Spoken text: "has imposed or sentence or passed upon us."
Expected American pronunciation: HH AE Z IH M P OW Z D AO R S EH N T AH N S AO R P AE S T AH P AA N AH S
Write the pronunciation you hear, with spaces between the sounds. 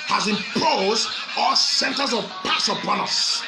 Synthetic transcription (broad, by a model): HH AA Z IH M P OW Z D AO L S EH N T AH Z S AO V P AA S AH P AA N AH S